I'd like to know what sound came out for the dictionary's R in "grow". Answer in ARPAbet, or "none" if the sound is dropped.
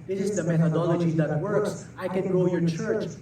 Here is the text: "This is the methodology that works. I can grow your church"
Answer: none